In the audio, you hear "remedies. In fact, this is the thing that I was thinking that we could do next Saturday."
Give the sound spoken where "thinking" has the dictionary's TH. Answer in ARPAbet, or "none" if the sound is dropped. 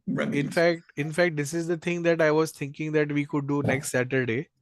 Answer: T